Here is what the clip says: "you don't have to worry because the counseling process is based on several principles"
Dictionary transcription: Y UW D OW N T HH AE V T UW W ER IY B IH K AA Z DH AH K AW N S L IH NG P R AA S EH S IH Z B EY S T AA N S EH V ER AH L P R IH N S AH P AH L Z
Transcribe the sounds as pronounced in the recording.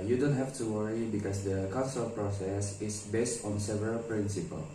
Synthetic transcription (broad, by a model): Y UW D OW N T HH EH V T UW W ER IY B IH K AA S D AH K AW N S IH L P R AA S EH S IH S B EY S T AA N S EH V ER AH L P R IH N S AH P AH L